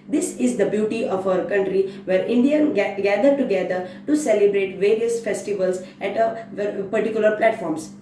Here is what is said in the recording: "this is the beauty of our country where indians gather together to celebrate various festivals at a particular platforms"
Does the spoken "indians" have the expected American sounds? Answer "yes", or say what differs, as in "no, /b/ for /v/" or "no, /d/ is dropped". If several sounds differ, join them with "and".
no, /z/ is dropped